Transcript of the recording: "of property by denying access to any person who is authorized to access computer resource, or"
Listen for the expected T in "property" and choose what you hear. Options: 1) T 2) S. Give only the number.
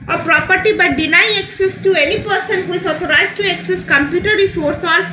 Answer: 1